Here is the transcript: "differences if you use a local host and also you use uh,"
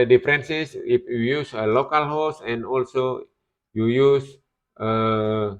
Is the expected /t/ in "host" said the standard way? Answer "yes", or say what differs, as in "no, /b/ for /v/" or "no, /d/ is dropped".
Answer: no, /t/ is dropped